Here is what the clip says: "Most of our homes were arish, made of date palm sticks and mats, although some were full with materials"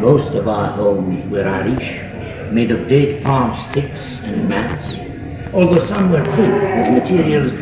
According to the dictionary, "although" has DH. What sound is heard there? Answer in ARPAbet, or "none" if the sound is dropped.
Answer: DH